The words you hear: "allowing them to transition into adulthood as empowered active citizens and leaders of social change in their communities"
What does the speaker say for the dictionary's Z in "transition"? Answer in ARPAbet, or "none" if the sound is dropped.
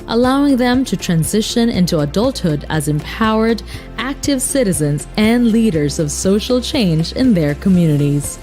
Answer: Z